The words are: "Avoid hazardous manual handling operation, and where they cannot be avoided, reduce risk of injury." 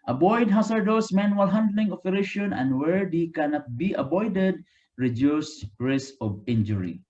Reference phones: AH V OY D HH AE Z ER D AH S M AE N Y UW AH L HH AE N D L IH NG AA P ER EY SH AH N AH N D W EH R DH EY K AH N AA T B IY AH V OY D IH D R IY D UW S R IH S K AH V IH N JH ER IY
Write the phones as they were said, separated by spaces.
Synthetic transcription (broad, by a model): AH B OY D HH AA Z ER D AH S M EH N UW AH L HH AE N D L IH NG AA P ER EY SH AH N AH N D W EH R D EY K AH N AA T B IY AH B OY D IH D R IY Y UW S R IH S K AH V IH N JH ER IY